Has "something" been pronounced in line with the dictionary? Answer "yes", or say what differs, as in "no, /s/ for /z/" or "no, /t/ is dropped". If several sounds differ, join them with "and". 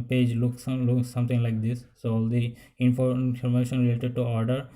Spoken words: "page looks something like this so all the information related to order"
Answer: no, /t/ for /θ/